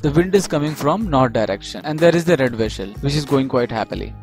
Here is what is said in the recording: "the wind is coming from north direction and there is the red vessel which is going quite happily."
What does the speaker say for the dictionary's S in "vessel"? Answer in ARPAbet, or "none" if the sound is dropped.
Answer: SH